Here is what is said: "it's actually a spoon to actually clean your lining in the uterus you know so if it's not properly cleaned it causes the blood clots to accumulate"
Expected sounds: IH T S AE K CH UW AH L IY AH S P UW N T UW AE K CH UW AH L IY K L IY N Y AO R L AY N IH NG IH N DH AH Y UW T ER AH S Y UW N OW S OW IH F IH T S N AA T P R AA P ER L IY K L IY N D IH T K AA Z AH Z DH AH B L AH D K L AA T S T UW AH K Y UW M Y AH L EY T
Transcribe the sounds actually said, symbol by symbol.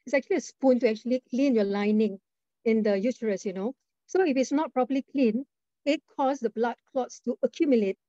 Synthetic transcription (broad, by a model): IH T S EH K CH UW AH L IY AH S P UW N T UW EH K CH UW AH L IY K L IY N Y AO L AY N IH NG IH N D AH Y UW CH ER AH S Y UW N OW S OW IH F IH T S N AA T P R AA P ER L IY K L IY N IH T K AA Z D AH B L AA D K L AA T S T UW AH K Y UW M Y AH L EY T